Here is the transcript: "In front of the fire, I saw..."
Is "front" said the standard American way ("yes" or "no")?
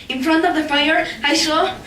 yes